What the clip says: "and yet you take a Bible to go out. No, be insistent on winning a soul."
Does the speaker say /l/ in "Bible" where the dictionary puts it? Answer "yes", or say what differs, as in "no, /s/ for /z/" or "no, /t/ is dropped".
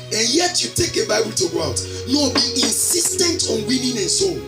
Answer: yes